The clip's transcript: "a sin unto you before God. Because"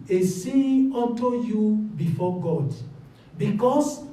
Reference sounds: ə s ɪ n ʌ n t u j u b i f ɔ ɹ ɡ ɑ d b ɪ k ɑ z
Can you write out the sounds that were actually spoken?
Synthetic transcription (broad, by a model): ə s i ɔ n t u j u b i f ɔ ɡ ɑ d b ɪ k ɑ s